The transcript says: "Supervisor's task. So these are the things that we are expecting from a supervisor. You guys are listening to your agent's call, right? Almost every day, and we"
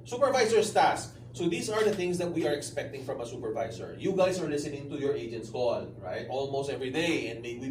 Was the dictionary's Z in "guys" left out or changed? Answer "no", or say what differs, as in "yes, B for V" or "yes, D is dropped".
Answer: yes, S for Z